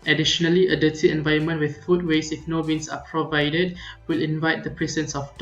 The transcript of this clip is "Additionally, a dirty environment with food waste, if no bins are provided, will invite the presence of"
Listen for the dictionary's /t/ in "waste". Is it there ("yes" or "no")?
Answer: no